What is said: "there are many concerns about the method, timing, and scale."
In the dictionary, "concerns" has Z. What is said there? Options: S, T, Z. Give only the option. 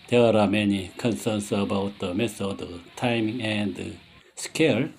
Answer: S